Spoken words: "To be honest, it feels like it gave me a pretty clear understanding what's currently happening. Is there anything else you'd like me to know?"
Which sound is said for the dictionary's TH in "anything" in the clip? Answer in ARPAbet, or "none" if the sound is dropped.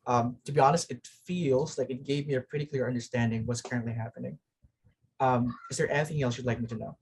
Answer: TH